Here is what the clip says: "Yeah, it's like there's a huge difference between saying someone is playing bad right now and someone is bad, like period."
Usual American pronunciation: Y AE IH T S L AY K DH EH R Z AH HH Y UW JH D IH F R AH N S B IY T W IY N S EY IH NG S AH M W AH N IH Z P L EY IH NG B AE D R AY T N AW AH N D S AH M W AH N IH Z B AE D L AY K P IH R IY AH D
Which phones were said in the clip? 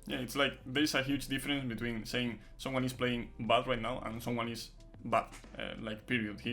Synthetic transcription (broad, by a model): Y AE IH T S L AY K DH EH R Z AH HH Y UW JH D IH F R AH N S B IY T W IY N S EY IH NG S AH M W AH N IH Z P L EY IH NG B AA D R AY T N AW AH N S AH M W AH N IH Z B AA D L AY K P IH R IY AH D